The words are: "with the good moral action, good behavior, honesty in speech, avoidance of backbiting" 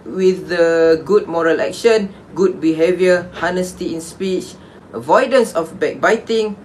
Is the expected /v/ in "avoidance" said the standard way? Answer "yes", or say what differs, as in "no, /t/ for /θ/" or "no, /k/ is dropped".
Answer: yes